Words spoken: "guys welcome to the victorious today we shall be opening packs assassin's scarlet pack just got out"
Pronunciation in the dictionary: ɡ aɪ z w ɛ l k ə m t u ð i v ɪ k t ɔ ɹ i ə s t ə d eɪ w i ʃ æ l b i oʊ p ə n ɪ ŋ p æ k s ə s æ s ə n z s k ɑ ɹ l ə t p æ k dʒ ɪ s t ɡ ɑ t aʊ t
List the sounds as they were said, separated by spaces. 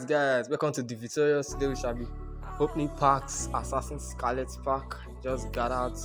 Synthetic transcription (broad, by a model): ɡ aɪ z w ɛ k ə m t u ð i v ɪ t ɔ ɹ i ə s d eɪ w i ʃ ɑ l b i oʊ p n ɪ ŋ p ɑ k s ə s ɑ s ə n s k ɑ l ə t p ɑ k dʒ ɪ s ɡ ɑ t aʊ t